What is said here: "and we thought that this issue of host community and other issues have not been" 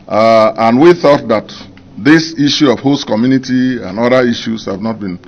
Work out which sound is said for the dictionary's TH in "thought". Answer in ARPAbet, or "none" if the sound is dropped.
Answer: TH